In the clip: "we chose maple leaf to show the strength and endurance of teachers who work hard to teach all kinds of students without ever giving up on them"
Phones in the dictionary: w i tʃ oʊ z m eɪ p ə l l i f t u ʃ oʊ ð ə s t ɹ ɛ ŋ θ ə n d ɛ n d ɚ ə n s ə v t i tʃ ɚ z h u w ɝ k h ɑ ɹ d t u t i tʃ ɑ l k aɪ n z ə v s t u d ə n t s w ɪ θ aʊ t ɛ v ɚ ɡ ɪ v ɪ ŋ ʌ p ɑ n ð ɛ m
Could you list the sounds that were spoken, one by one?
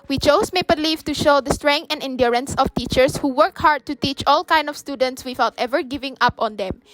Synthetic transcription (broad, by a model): w i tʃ oʊ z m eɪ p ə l l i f t u ʃ oʊ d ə s t ɹ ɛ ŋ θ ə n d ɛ n d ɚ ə n s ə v t i tʃ ɚ s h u w ɝ k h ɑ ɹ d t u t i tʃ ɑ l k aɪ n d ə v s t u d ə n t s w ɪ θ aʊ t ɛ v ɚ ɡ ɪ v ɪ ŋ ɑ p ɑ n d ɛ m